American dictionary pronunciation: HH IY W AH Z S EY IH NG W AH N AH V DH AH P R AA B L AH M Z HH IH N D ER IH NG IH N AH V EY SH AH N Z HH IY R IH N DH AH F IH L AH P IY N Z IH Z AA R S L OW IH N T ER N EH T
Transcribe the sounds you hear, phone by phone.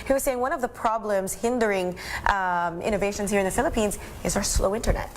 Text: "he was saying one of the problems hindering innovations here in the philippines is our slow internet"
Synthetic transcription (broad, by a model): HH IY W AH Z S EY IH NG W AH N AH V DH AH P R AA B L AH M Z HH IH N D ER IH NG IH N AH V EY SH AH N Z HH IY R IH N DH AH F IH L AH P IY N Z IH Z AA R S L OW IH N T ER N EH T